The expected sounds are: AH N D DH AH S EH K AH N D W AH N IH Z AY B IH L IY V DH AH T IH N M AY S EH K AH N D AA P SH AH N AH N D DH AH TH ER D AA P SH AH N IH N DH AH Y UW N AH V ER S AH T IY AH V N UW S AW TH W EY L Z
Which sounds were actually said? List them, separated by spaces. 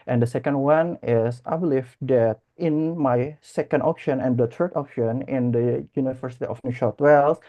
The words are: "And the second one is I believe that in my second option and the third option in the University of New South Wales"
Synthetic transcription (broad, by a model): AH N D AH S EH K AH N D W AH N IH S AY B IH L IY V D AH T IH N M AY S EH K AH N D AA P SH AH N AH N D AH T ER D AA P SH AH N IH N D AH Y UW N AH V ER S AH T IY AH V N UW SH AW T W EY L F